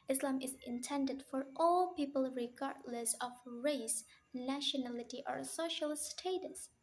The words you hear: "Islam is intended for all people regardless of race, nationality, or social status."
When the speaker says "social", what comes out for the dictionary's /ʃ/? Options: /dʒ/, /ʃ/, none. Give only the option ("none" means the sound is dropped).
/ʃ/